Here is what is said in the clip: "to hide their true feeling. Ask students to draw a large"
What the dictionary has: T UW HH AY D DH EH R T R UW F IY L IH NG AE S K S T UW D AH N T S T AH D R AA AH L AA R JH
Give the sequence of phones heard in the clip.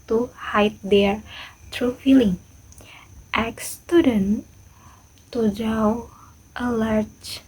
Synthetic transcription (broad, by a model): T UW HH AY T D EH R T R UW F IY L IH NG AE K S T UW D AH N T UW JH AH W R AH L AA R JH